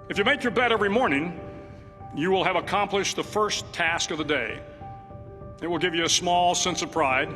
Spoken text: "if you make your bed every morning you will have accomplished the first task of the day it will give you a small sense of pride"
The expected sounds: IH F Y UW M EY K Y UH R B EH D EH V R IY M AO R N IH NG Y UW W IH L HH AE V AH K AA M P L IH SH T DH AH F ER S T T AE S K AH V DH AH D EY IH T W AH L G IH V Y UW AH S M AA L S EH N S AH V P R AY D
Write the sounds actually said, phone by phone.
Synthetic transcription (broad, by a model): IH F Y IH M EY K Y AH R B EH D EH V R IY M AO R N IH NG Y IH W IH L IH V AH K AA M P L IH SH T DH AH F ER S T T AE S K AH V DH AH D EY IH T W AH L G IH V Y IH AH S M AA L S EH N S AH V P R AY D